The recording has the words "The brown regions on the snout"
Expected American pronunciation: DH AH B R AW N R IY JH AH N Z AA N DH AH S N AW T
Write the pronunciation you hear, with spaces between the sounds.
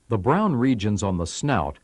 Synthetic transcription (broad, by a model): DH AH B R AW N R IY JH AH N Z N DH AH S N AW T